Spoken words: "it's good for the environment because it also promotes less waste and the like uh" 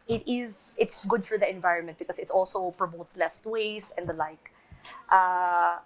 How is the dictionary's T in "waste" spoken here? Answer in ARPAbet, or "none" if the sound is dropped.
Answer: none